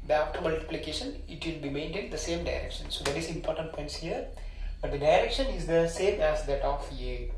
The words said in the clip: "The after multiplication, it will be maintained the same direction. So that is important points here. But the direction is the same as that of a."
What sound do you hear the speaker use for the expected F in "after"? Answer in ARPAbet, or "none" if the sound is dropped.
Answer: P